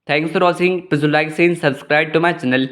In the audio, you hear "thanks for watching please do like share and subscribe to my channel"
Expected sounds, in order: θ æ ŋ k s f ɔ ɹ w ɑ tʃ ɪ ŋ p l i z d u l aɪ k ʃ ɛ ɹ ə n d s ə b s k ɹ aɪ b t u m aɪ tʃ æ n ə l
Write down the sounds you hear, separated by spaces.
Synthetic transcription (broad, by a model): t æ ŋ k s f ɔ ɹ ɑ s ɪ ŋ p i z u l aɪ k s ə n s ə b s k ɹ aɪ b t u m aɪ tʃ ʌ n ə l